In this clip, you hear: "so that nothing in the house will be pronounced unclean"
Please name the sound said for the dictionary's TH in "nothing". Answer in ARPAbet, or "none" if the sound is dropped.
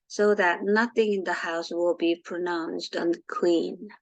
TH